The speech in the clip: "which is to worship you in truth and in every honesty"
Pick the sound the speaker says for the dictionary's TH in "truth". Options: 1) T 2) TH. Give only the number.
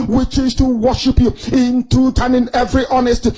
1